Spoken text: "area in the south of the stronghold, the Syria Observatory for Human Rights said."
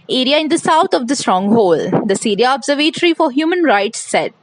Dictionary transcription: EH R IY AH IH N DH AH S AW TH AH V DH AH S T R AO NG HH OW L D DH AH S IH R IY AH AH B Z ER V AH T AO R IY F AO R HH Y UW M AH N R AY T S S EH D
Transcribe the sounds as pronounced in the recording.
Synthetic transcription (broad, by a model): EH R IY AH IH N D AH S AW T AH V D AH S T R AO NG HH OW L D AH S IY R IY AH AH B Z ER V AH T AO R IY F AO R HH Y UW M AH N R AY T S S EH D